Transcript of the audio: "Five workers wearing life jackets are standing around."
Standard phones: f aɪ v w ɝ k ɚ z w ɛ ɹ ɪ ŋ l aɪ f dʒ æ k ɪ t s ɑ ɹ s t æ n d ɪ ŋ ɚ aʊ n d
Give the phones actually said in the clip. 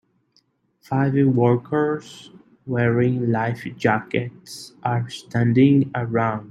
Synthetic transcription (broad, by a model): f aɪ v w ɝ k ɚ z w ɛ ɹ ɪ ŋ l aɪ f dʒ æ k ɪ t s ɑ ɹ s t æ n d ɪ ŋ ɚ aʊ n d